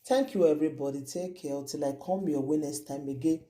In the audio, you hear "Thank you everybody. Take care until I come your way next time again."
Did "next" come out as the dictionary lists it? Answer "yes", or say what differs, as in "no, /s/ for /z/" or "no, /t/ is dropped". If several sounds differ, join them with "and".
no, /k/ is dropped